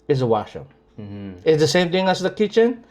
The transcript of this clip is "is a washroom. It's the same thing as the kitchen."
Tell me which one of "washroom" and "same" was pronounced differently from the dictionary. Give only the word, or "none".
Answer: washroom